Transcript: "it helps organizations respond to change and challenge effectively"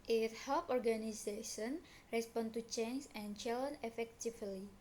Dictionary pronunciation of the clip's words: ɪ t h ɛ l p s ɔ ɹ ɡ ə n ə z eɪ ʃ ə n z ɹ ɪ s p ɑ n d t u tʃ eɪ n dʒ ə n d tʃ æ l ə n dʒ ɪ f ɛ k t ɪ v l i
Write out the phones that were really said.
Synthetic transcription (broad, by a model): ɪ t h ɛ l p ɔ ɹ ɡ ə n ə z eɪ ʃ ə n ɹ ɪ s p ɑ n t u tʃ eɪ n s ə n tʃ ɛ l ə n ɪ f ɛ k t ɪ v l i